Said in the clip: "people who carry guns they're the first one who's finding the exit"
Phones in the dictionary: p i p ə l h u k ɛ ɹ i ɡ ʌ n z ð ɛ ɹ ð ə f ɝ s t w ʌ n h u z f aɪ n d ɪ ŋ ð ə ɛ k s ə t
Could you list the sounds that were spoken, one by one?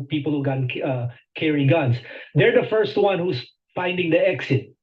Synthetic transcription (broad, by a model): p i p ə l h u k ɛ ɹ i ɡ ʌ n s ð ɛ ɹ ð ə f ɝ s t w ʌ n h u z f aɪ n d ɪ ŋ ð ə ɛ k s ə t